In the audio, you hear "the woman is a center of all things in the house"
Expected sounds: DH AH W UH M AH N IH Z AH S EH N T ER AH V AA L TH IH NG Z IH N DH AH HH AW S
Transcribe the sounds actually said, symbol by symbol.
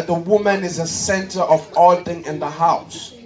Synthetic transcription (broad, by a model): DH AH W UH M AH N IH Z AH S EH N T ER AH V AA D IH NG IH N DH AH HH AW S